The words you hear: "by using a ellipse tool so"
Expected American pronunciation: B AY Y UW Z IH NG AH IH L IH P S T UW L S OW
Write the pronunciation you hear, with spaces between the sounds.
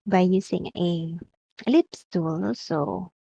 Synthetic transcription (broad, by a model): B AY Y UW S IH NG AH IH L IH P S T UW L S OW